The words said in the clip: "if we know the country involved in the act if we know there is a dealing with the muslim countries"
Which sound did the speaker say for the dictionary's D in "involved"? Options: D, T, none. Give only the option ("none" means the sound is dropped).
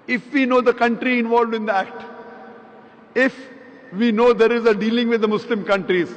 D